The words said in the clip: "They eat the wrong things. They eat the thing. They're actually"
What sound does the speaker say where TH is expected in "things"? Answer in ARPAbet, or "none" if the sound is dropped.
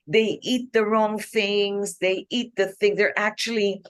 TH